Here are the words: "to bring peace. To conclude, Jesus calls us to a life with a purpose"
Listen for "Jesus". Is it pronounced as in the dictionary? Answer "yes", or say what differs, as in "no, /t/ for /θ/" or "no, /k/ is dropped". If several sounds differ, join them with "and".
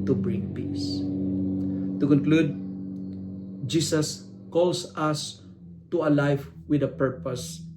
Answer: no, /s/ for /z/